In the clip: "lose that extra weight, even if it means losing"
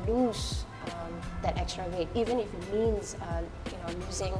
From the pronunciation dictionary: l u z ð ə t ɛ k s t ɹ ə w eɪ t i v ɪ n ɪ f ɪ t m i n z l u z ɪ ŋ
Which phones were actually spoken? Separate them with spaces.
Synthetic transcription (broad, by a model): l u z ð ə t ɛ k s t ɹ ə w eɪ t i v ɪ n ɪ f ɪ t m i n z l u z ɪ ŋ